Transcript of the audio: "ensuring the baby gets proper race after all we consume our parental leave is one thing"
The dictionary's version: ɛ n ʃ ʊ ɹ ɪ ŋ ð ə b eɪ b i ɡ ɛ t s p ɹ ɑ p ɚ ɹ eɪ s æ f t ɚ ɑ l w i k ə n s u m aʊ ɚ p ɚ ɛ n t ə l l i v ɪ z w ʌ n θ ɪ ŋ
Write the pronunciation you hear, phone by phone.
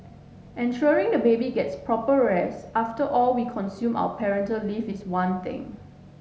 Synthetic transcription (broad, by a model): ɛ n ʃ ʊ ɹ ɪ ŋ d ə b eɪ b i ɡ ɛ t s p ɹ ɑ p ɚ ɹ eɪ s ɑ f t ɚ ɑ l w i k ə n s u m aʊ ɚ p ɚ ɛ n t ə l l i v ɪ s w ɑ n t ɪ ŋ